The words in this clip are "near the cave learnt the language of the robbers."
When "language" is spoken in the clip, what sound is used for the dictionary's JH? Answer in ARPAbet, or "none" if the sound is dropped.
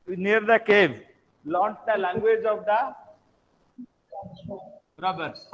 JH